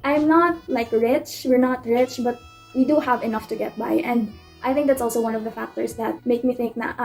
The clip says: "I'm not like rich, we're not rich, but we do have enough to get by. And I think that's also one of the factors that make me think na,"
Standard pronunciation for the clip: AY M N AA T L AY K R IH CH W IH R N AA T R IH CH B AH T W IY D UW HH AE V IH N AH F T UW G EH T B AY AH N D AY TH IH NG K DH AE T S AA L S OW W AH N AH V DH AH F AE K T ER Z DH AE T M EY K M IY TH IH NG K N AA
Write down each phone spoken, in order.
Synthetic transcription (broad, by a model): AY M N AA T L AY K R IH CH W IH R N AA T R IH CH B AH T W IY D UW HH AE V IH N AH F T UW G EH T B AY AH N D AY TH IH NG K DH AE T S AA L S OW W AH N AH V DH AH F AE K T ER S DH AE T M EY K M IY TH IH NG K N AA